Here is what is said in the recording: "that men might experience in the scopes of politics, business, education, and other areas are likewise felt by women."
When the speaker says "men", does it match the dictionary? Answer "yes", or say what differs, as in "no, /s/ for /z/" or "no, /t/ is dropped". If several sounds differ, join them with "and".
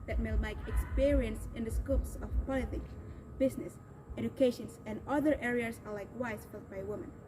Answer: no, /l/ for /n/